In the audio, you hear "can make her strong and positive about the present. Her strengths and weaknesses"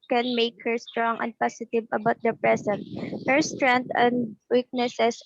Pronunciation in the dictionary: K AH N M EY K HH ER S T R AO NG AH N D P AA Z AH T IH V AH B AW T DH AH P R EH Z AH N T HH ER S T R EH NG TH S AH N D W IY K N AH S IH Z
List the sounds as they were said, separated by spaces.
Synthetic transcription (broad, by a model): K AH N M EY K HH ER S T R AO NG AH N D P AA S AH T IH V AH B AW T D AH P R EH S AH N T HH ER S T R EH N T AH N D W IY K N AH S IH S